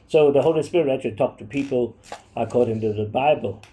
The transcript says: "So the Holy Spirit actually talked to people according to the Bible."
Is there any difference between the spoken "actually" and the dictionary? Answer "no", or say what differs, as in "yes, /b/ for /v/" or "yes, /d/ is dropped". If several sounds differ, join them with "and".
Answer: yes, /k/ is dropped and /l/ is dropped